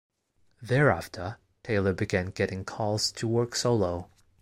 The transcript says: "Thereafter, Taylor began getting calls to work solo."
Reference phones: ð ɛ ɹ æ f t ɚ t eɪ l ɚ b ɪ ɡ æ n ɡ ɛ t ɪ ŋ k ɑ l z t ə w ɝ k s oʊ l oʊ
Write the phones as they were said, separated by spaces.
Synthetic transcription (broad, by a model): ð ɛ ɹ æ f t ɚ t eɪ l ɚ b ɪ ɡ æ n ɡ ɛ t ɪ ŋ k ɑ l z t ə w ɝ k s oʊ l oʊ